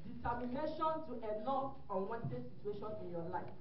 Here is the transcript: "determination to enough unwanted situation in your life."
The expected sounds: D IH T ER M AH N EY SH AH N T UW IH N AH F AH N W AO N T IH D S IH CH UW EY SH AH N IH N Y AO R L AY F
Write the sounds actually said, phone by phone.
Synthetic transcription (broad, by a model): D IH T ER M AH N EY SH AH N T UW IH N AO AH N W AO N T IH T S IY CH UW EY SH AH N IH N Y AO L AY F